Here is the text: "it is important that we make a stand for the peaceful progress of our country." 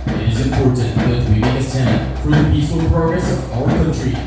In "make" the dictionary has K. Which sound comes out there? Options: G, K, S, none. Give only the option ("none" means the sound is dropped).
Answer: none